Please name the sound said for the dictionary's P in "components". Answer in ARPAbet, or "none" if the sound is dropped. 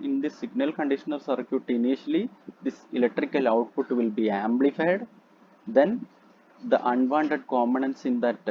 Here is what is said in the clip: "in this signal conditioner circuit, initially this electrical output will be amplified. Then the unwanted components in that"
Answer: none